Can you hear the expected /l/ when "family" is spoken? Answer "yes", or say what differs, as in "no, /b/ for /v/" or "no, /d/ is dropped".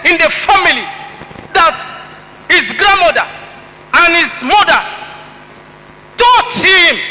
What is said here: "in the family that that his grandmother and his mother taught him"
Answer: no, /l/ is dropped